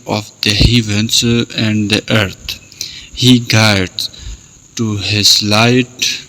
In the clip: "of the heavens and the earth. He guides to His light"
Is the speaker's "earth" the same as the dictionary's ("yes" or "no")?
no